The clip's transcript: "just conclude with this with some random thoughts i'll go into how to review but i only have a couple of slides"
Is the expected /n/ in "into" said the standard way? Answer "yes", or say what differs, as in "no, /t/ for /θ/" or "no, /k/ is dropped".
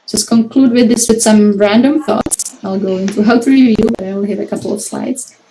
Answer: yes